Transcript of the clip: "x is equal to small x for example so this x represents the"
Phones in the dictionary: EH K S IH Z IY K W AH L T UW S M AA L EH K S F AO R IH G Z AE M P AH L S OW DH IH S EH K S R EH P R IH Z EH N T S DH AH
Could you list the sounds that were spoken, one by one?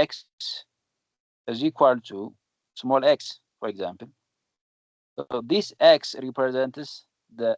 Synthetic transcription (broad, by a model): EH K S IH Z IY K W AH L T UW S M AA L EH K S F AO R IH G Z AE M P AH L S OW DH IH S EH K S R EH P R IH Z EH N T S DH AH